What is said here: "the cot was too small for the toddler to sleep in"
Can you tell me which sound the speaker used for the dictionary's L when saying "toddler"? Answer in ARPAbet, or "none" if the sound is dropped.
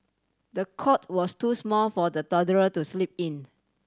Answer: none